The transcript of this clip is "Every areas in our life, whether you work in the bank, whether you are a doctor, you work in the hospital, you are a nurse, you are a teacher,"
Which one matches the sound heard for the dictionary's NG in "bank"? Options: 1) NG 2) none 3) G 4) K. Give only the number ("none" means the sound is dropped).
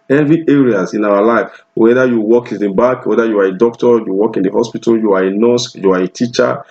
2